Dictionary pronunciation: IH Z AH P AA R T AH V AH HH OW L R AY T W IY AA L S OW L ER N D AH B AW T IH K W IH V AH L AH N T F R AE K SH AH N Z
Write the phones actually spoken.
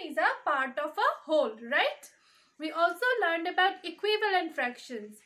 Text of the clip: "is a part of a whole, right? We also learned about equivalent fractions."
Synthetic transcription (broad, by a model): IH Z AH P AA R T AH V AH HH OW L R AY T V IY AA L S OW L ER N D AH B AW T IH K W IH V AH L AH N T F R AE K SH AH N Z